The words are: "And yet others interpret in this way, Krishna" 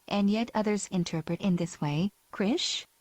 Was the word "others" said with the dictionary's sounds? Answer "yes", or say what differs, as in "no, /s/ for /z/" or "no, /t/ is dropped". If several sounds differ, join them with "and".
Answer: yes